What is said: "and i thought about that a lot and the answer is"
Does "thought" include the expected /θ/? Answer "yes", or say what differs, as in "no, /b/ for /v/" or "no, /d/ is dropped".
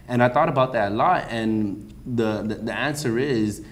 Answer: yes